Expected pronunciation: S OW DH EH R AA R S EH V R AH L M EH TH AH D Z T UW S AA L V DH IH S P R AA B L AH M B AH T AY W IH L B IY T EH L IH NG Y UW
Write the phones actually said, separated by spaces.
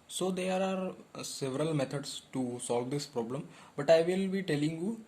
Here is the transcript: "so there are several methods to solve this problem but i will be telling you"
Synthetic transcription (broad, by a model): S OW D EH R AA R S EH V R AH L M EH T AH D S T UW S AA L V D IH S P R AA B L AH M B AH T AY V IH L B IY T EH L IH NG Y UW